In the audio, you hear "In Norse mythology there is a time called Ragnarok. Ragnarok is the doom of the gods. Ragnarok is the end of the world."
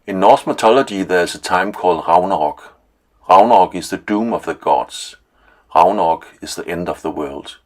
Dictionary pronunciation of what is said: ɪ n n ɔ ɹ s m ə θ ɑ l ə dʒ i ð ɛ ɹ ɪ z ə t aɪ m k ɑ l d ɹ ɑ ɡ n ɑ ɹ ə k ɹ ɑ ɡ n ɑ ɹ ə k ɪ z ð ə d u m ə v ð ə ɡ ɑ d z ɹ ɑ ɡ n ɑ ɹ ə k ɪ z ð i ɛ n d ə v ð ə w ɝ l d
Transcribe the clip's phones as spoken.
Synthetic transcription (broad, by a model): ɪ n n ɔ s m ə s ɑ l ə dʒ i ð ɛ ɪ s ə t aɪ m k ɑ l d ɹ ɑ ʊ n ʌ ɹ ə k ɹ ɑ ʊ n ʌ ɹ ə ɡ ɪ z ð ə d u m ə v ð ə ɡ ɑ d s ɹ ɑ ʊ n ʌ ɹ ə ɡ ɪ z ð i ɛ n d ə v ð ə w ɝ l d